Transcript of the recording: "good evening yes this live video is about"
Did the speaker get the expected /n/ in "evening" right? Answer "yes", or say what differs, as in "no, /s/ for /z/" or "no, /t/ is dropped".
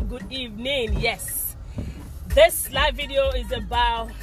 yes